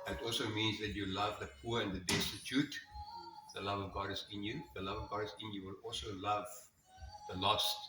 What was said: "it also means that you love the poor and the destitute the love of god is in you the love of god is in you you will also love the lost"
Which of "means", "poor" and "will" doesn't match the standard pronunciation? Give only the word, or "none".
none